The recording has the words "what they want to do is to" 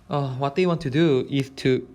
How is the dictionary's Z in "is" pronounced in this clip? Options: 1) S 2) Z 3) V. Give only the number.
1